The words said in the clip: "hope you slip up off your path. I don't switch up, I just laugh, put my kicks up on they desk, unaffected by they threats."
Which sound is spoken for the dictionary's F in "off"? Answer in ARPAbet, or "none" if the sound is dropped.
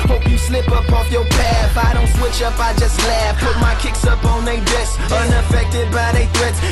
F